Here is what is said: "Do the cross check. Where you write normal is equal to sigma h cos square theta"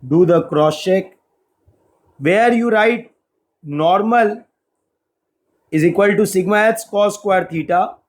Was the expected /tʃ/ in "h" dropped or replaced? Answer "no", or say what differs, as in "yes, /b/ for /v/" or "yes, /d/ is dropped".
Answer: yes, /s/ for /tʃ/